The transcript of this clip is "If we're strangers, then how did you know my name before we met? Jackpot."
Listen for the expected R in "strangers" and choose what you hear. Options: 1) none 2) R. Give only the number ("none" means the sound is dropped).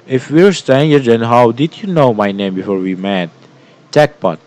1